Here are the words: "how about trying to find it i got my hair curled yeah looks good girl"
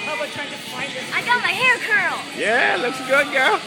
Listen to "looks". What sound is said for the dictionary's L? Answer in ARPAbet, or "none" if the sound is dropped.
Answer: L